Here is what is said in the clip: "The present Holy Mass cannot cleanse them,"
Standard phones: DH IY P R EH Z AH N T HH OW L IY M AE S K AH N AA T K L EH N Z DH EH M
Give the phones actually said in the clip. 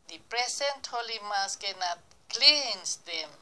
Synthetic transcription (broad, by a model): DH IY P R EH S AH N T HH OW L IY M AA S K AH N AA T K L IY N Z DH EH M